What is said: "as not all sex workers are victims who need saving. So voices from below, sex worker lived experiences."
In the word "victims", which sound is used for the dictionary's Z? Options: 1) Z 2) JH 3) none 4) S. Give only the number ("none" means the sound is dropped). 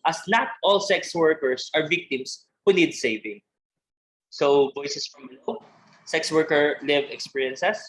4